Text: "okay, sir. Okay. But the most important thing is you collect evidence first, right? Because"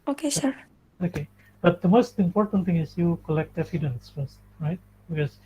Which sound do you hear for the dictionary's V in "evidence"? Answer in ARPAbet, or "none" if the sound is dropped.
F